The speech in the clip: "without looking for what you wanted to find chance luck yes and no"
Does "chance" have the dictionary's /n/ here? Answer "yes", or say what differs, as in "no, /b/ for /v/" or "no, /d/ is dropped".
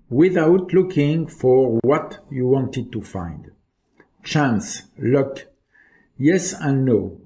yes